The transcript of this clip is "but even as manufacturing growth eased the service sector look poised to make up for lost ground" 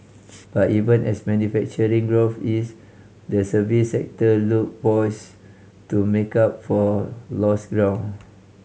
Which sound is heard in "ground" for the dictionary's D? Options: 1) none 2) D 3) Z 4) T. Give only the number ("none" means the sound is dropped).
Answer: 1